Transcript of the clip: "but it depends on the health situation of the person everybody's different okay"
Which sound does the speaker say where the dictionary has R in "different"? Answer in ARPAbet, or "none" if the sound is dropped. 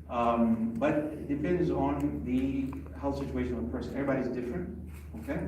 R